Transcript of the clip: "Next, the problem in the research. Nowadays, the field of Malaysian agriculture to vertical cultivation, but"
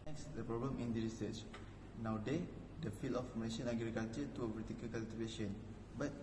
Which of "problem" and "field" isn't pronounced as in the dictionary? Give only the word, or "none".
field